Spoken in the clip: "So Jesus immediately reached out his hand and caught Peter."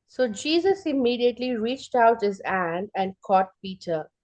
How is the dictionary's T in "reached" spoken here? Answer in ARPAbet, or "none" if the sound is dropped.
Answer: T